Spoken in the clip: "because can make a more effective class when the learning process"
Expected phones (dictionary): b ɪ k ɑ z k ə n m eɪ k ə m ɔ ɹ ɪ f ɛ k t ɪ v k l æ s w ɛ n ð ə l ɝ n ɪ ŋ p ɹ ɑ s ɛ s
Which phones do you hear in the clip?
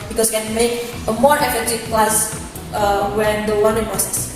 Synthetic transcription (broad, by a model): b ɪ k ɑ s k ə n m eɪ k ə m ɔ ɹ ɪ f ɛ t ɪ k l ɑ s w ɛ n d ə w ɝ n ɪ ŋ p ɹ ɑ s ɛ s